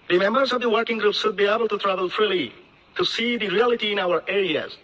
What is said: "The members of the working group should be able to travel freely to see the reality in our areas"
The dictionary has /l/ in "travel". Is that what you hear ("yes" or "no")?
yes